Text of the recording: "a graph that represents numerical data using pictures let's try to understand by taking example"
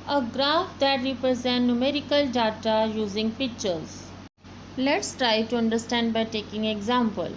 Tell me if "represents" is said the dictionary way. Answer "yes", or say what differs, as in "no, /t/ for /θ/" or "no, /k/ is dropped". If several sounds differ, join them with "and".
no, /s/ is dropped